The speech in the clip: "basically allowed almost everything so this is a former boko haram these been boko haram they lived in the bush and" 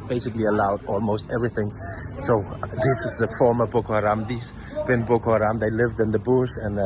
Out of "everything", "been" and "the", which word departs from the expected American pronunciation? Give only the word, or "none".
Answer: none